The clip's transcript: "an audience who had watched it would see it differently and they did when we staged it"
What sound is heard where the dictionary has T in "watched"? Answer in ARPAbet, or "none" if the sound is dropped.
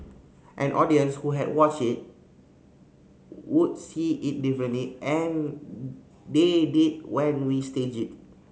none